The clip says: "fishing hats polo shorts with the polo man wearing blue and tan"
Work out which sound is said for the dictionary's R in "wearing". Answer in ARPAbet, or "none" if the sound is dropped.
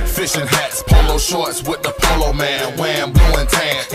W